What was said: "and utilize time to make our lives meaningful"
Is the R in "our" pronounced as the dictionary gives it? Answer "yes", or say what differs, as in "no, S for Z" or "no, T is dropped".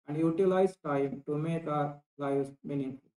yes